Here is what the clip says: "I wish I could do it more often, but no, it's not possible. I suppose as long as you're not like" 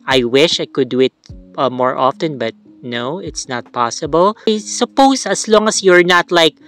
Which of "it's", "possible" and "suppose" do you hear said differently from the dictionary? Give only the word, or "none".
suppose